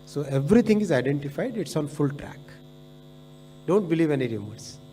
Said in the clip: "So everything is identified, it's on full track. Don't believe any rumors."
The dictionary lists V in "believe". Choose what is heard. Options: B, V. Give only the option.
V